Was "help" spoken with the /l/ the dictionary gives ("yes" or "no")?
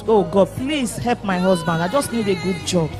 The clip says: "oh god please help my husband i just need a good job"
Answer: yes